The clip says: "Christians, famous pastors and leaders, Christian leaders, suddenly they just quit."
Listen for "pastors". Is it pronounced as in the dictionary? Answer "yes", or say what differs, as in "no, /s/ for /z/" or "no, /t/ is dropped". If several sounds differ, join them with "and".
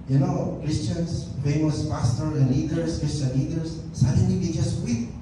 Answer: no, /z/ is dropped